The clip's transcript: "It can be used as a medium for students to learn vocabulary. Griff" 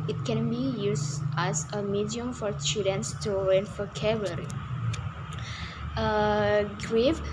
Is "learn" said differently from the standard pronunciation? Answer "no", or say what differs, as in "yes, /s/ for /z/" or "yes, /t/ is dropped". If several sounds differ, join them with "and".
yes, /w/ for /l/